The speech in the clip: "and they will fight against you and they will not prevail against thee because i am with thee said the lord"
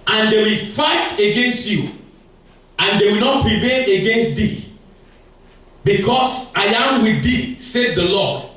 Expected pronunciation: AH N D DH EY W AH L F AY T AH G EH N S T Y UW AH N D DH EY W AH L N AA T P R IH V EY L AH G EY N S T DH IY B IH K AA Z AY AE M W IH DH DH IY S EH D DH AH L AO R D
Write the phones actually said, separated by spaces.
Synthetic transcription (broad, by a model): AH N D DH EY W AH F AY T AH G EH N S T Y UW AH N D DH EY W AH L N AA T P R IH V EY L AH G EY N S T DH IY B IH K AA S AY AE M W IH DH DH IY S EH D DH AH L AO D